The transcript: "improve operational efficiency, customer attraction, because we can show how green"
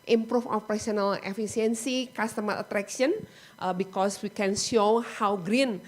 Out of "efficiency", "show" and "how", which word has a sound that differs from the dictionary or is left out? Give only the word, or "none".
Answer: efficiency